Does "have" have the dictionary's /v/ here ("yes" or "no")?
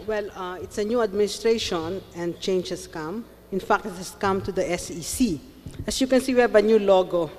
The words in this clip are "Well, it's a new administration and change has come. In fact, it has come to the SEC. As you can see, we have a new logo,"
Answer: no